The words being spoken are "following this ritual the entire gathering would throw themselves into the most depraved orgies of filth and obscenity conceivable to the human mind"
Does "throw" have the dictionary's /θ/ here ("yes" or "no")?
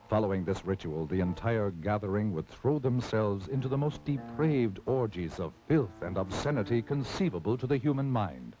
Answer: yes